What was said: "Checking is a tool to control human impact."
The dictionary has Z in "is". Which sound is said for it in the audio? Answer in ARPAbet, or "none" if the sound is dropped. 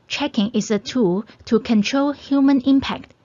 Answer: S